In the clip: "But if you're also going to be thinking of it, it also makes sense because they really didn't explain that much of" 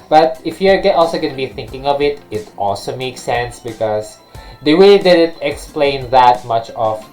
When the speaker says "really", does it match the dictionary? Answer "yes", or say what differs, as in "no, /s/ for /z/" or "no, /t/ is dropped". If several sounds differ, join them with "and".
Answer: no, /w/ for /ɹ/